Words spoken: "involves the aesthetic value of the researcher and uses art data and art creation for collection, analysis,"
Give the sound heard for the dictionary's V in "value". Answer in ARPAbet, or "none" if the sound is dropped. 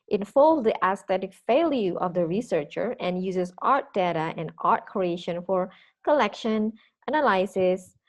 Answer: F